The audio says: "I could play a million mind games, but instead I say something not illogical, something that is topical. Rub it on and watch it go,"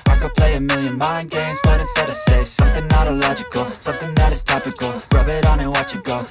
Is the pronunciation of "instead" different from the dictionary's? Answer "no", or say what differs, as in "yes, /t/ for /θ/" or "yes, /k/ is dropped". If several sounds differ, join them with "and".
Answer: yes, /n/ is dropped